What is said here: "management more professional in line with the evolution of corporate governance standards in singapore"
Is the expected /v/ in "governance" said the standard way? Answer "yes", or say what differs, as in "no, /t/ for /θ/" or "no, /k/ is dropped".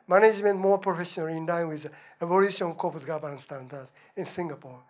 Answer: no, /b/ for /v/